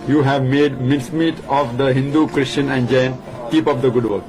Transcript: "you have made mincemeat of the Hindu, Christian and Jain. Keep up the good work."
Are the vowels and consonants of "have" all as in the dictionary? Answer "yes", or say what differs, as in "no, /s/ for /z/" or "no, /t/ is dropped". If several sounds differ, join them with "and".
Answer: yes